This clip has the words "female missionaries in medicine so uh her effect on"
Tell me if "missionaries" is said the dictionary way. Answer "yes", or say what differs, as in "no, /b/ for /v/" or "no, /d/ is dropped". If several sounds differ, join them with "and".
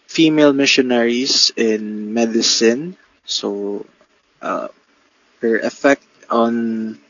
no, /s/ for /z/